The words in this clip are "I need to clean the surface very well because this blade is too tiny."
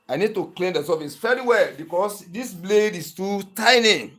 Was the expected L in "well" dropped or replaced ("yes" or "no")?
no